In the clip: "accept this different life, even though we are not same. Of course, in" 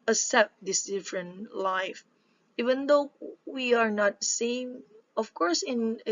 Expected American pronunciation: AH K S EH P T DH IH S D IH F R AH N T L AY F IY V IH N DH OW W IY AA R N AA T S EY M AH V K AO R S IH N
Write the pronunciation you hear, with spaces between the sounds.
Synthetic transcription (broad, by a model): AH S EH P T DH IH S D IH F R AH N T L AY F IY V IH N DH OW W IY AA R N AA T S EY M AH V K AO R S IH N